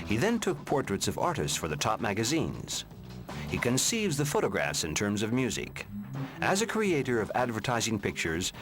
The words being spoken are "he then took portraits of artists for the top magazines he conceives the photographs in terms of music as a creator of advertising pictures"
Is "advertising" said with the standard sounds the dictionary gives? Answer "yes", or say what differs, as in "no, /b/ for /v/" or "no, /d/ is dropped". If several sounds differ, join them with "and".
yes